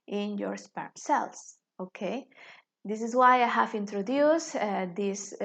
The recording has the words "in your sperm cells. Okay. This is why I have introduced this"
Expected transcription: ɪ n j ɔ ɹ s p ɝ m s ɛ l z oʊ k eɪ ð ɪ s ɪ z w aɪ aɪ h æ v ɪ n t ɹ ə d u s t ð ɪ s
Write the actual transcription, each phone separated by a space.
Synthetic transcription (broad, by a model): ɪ n j ɔ ɹ s p ɝ m s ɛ l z oʊ k eɪ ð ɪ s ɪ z w aɪ aɪ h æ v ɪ n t ɹ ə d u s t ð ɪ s